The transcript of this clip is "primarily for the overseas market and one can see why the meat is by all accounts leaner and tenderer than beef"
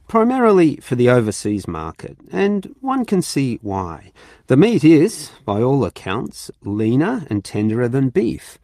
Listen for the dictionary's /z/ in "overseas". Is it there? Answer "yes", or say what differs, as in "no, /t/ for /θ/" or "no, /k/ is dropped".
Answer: yes